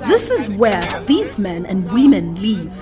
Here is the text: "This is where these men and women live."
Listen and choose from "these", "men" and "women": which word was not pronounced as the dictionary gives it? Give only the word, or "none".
none